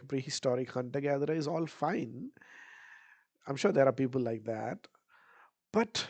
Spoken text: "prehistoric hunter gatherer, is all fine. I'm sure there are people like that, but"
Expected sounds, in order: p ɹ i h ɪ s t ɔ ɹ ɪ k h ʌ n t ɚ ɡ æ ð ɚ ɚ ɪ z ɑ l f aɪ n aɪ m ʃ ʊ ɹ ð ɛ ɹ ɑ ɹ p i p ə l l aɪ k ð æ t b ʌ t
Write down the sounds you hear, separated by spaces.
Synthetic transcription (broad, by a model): p ɹ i h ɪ s t ɔ ɹ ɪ k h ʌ n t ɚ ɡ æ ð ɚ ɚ ɪ z ɑ l f aɪ n aɪ m ʃ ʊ ɹ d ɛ ɹ ɑ ɹ p i p ə l l aɪ k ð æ t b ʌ t